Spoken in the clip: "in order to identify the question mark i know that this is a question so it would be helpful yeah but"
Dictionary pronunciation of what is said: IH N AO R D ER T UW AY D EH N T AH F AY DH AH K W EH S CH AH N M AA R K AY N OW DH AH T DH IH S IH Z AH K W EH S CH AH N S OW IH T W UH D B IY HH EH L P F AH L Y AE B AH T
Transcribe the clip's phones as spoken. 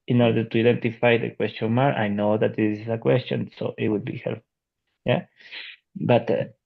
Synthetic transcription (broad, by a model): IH N AO R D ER T UW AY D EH N T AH F AY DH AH K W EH S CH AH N M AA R AY N OW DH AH T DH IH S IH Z AH K W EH S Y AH N S OW IH T W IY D B IY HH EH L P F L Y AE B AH T